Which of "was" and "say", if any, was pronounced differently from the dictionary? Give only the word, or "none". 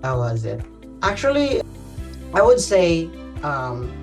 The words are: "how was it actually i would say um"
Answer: none